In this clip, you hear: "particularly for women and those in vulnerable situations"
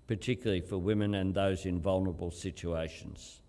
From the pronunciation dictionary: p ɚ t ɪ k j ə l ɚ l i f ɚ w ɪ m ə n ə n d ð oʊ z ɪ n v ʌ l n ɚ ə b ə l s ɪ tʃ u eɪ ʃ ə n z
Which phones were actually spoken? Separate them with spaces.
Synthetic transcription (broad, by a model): p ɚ t ɪ k j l l i f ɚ w ɪ m ə n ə n ð oʊ z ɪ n v ʌ l n ɚ ə b ə l s ɪ tʃ u eɪ ʃ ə n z